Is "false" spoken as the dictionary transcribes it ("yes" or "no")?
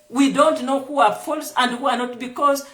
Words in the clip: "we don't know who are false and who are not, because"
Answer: yes